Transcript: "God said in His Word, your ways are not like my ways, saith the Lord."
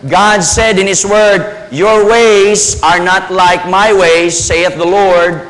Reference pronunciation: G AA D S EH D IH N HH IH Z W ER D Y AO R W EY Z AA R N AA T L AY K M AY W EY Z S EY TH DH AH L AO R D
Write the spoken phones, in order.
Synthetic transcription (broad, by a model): G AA D S EH D IH N HH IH S W ER D Y AO R W EY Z AA R N AA T L AY K M AY W EY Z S EY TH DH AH L AO R D